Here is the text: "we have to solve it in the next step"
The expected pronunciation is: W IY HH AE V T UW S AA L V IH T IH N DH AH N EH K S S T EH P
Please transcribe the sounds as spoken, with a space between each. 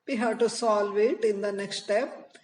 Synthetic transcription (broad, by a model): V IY HH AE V T UW S AA L V IH T IH N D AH N EH K S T T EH P